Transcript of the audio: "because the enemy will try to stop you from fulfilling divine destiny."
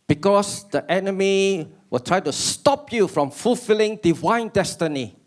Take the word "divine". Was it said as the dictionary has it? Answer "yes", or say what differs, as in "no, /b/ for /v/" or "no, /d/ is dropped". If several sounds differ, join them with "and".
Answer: yes